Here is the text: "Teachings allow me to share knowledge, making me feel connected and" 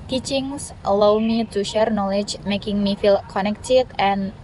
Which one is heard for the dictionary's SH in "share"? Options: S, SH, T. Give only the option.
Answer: SH